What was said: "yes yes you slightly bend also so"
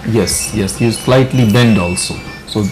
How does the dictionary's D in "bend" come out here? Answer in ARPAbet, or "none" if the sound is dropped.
D